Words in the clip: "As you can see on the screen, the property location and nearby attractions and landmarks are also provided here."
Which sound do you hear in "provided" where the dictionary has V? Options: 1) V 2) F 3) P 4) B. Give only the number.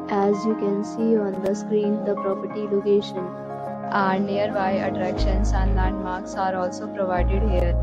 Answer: 1